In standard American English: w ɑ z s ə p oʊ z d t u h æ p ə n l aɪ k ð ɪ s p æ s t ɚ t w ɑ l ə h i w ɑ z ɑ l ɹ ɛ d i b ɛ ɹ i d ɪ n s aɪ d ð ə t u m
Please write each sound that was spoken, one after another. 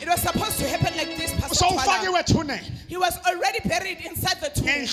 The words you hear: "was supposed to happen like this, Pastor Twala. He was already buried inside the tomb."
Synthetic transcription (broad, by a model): w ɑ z s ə p oʊ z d t u h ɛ p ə n l aɪ k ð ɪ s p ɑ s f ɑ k w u n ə h i w ɑ z ɑ l ɹ ɛ d i b ɛ ɹ i d ɪ n s aɪ d ð ə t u